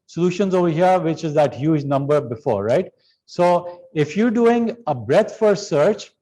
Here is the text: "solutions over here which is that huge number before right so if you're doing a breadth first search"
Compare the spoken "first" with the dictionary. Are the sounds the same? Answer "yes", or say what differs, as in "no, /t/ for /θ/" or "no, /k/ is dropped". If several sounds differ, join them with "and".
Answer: no, /s/ is dropped